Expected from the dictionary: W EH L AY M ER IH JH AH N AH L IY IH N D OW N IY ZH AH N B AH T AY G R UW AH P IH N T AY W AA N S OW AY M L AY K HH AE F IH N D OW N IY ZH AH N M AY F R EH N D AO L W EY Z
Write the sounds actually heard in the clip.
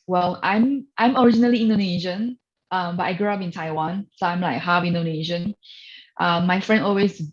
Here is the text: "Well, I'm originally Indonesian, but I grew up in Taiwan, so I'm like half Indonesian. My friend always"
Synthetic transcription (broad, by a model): W EH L AY M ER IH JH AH N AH L IY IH N D OW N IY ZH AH N B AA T AY G R UW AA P IH N T AY W AA N S OW AY M L AY K HH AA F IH N D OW N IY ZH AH N M AY F R EH N D AO L W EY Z